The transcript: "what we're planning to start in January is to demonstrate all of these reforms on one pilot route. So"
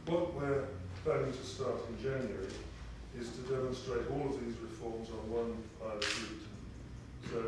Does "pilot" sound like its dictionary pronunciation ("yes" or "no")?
no